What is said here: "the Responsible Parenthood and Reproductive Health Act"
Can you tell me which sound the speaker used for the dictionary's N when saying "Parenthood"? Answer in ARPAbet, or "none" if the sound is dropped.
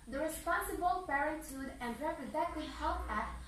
none